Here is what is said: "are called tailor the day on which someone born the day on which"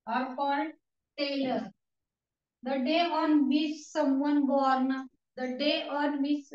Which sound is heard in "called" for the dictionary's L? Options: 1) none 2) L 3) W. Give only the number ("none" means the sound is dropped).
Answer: 1